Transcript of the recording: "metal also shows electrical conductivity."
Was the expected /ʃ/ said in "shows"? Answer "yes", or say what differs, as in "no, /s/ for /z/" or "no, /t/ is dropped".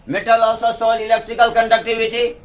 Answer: no, /s/ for /ʃ/